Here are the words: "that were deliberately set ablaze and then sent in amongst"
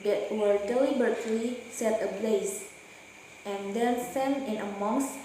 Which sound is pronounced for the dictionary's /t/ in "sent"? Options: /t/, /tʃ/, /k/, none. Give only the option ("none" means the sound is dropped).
none